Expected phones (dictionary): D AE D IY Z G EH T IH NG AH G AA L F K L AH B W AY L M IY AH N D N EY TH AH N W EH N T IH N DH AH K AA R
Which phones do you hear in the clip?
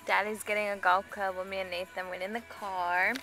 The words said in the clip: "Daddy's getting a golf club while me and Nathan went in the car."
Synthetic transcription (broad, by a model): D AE D IY Z G EH T IH NG AH G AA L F K AH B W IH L M IY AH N N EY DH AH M W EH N IH N DH AH K AA R